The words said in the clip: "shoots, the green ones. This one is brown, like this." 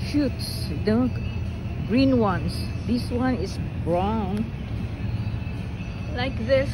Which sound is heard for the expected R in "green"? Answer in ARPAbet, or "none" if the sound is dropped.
R